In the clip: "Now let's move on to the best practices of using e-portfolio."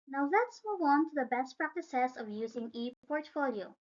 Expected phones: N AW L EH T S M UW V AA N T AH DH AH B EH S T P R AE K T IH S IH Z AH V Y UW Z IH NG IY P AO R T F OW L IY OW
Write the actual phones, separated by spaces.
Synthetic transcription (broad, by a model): N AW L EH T S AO W AA N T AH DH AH B EH S T P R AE K T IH S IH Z AH V Y UW Z IH NG IY P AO R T F OW L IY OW